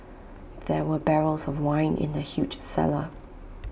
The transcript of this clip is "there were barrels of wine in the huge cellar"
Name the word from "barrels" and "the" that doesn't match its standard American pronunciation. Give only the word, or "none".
none